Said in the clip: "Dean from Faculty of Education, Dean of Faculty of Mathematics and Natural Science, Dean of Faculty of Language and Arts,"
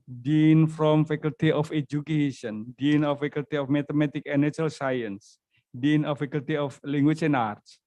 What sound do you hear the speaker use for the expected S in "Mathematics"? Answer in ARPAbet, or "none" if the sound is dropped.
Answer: none